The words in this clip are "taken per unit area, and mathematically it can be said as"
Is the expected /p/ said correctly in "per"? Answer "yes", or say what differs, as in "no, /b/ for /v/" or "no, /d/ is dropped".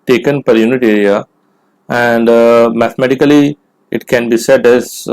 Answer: yes